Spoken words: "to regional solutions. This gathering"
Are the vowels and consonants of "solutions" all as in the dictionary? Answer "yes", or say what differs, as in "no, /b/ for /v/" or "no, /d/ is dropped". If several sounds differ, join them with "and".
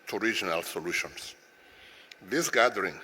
no, /s/ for /z/